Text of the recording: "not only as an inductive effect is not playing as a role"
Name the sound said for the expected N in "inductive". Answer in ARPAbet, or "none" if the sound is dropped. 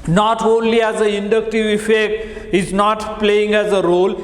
N